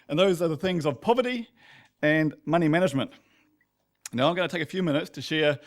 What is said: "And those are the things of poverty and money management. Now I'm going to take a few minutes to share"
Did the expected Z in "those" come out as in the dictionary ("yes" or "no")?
yes